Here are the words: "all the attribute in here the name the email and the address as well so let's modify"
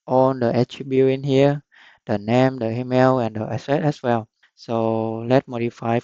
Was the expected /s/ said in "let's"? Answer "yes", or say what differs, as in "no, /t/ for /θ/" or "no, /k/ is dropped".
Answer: no, /s/ is dropped